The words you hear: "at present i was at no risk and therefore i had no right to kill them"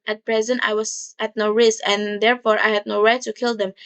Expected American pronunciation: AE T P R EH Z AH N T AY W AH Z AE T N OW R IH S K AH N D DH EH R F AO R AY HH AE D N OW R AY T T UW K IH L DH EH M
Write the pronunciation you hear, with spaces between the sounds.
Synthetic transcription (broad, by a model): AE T P R EH Z AH N T AY W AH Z AE T N OW R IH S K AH N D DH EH R F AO R AY HH AE D N OW R AY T T UW K IH L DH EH M